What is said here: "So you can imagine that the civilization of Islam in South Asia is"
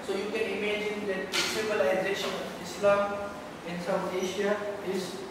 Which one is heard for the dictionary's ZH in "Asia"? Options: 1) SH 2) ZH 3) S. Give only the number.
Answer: 1